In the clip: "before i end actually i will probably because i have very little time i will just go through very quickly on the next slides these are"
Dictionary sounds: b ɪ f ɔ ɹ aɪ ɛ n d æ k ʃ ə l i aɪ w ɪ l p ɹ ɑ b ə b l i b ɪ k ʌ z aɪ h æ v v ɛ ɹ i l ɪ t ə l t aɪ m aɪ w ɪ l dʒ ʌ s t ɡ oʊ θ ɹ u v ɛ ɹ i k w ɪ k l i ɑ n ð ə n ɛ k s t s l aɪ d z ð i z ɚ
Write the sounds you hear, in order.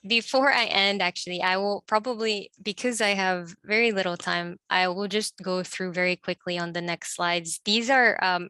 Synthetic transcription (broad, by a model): b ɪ f ɔ ɹ aɪ ɛ n d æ k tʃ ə l i aɪ w ɪ l p ɹ ɑ b ə b l i b ɪ k ʌ z aɪ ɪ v v ɛ ɹ i l ɪ t l t aɪ m aɪ w ɪ l dʒ ʌ s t ɡ oʊ θ ɹ u v ɛ ɹ i k w ɪ k l i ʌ n ð ə n ɛ k s t s l aɪ d z ð i z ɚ